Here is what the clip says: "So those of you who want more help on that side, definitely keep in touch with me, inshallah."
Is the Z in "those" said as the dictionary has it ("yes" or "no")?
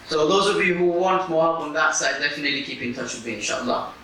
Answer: yes